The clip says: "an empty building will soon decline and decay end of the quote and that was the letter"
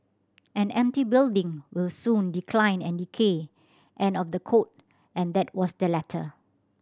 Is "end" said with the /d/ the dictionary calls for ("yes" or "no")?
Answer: no